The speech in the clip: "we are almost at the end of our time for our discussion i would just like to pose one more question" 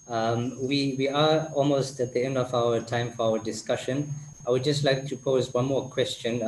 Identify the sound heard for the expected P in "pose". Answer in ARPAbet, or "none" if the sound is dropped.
P